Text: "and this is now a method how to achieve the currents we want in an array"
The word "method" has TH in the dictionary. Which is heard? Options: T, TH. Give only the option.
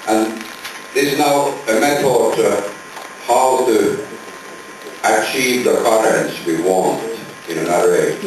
T